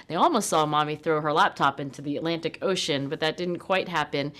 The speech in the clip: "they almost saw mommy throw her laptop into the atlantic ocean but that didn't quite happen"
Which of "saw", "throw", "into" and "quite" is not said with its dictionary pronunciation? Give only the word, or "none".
none